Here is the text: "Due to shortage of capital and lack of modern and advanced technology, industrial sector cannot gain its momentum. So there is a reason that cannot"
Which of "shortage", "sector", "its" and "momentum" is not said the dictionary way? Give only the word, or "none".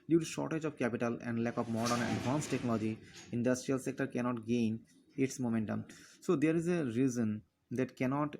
none